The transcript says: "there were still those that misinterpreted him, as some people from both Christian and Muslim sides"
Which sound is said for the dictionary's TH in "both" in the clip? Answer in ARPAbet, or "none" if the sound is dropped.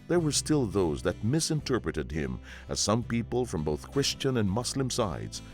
TH